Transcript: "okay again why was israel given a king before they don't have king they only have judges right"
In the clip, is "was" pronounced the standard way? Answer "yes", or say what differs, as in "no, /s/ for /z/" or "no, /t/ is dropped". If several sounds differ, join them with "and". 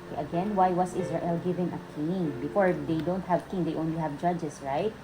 no, /s/ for /z/